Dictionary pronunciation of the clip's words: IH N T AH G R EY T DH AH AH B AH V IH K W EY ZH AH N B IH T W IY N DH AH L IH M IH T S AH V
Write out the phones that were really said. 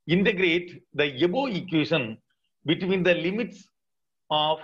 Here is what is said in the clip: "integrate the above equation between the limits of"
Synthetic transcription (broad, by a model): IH N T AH G R EY T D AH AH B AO IH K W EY SH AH N B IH T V IY N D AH L IH M IH T S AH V